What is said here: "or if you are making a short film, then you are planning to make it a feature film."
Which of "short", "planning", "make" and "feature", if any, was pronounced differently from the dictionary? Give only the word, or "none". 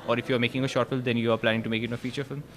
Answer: none